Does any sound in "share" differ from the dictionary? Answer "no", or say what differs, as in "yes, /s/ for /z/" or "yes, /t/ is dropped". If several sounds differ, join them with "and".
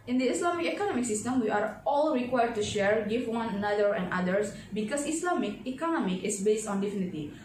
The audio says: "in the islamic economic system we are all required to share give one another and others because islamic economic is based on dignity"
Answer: no